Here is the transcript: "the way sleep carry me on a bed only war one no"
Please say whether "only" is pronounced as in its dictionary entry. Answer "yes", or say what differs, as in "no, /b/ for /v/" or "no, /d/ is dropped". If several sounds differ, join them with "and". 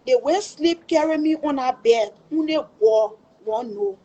no, /l/ is dropped